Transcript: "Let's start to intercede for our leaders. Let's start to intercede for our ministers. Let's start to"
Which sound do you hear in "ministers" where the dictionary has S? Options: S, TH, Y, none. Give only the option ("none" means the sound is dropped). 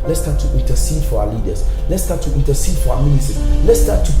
none